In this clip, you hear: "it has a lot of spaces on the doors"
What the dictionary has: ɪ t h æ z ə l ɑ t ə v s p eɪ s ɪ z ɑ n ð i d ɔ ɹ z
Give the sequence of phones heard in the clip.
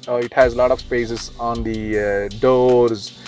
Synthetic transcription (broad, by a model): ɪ t h æ z ə l ɑ t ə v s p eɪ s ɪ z ɑ n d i d ɔ ɹ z